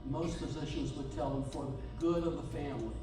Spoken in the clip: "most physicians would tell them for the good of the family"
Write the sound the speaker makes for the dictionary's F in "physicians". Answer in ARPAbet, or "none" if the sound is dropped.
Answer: P